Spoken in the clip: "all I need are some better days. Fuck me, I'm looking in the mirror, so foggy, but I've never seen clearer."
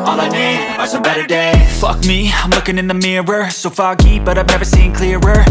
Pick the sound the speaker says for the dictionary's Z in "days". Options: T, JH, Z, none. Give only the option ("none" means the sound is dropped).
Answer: none